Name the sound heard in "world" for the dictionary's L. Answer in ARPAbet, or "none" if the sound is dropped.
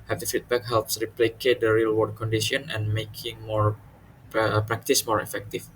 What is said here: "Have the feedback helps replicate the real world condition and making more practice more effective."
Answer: none